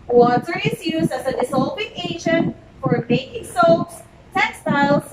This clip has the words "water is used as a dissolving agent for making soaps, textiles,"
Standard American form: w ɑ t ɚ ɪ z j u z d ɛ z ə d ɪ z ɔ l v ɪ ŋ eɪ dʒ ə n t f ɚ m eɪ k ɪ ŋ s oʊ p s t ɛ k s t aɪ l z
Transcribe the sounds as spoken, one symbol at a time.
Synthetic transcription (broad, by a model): w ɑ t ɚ ɪ z j u z d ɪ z ə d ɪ s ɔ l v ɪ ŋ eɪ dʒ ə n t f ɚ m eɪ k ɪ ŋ s oʊ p s t ɛ k s t aɪ l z